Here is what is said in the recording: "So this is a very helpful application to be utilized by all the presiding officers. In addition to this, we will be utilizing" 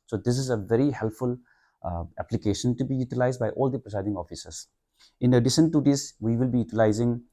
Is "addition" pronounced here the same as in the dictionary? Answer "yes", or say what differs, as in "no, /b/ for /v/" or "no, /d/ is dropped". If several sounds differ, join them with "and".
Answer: no, /s/ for /ʃ/